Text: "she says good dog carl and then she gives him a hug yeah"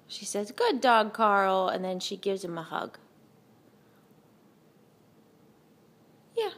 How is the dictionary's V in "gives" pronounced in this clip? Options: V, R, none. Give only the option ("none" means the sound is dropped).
V